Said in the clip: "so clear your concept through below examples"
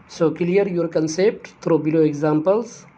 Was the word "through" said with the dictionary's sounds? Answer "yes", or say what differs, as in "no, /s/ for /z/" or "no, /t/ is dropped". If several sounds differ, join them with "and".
no, /t/ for /θ/